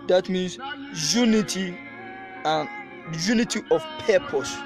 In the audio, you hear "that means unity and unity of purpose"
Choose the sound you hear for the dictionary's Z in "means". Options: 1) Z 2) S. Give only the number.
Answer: 2